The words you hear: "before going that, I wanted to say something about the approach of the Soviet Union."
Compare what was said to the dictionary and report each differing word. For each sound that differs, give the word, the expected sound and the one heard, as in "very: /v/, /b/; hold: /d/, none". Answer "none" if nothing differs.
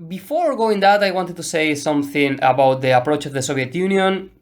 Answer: none